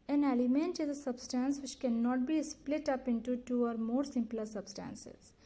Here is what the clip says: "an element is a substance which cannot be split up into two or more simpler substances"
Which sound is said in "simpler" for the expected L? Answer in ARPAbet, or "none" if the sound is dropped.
L